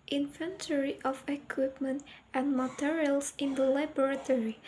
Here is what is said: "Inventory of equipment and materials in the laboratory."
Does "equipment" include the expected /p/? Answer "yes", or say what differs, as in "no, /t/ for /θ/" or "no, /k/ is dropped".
yes